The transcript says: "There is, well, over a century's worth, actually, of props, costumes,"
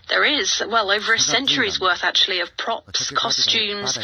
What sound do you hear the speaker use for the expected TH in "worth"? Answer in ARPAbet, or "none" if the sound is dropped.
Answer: TH